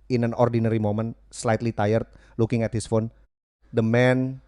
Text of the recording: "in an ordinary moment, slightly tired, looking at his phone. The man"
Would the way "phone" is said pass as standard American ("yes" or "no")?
yes